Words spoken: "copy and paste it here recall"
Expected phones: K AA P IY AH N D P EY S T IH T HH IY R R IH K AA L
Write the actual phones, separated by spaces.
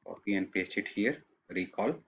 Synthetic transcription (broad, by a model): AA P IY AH N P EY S IH T HH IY R R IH K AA L